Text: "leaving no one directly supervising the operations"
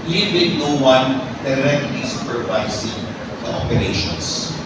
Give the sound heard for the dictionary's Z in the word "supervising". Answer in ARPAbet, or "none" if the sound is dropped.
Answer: S